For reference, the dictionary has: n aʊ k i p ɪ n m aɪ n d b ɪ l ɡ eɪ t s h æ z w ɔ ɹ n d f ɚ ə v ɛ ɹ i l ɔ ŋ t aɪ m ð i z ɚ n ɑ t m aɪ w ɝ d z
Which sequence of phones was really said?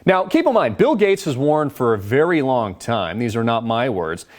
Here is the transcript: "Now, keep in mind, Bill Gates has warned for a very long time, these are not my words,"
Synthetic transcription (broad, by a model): n aʊ k i p ɪ n m aɪ n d b ɪ l ɡ eɪ t s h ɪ z w ɔ ɹ n f ɚ ə v ɛ ɹ i l ɔ ŋ t aɪ m ð i z ɚ n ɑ t m aɪ w ɝ d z